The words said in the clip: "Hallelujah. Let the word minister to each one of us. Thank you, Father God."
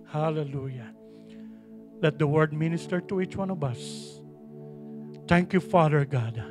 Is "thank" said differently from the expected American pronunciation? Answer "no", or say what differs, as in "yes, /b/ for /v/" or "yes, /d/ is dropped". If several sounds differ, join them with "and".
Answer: yes, /t/ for /θ/